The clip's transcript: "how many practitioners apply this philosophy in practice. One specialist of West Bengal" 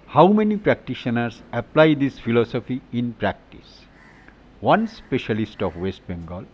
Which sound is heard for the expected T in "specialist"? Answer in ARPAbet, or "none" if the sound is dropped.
T